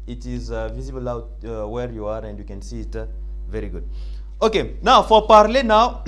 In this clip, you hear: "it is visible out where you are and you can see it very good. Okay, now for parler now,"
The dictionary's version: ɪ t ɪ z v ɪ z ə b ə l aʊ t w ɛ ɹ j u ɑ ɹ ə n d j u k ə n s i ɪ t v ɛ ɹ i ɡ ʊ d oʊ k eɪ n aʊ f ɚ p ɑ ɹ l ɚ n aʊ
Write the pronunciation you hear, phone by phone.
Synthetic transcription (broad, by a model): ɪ t ɪ z v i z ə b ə l aʊ t w ɛ ɹ j u ɑ ɹ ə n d j u k ə n s i ɪ t v ɛ ɹ i ɡ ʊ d oʊ k eɪ n aʊ f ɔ p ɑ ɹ l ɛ n aʊ